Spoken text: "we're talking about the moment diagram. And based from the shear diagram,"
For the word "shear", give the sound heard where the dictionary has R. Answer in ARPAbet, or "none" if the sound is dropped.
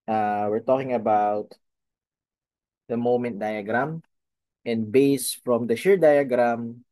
R